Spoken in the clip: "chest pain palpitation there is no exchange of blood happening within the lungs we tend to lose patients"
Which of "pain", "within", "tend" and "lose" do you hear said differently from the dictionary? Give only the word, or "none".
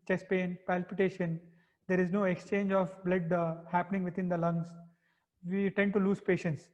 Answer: within